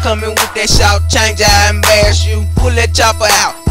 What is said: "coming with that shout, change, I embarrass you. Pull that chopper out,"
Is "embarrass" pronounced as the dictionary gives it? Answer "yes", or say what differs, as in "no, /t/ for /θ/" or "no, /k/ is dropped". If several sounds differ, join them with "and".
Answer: no, /ɹ/ is dropped